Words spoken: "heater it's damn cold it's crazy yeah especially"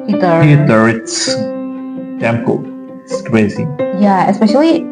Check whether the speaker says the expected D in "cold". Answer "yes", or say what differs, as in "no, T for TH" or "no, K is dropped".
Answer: no, D is dropped